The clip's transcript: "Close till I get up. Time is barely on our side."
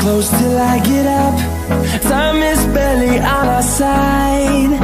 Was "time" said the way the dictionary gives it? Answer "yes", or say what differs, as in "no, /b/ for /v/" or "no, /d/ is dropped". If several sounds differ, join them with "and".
no, /s/ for /t/